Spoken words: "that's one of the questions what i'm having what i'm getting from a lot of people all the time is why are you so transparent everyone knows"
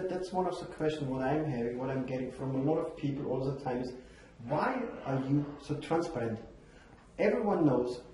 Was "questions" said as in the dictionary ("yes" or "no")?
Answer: no